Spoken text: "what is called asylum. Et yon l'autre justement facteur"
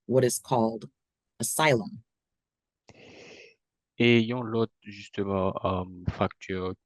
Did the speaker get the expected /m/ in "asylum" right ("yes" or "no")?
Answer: yes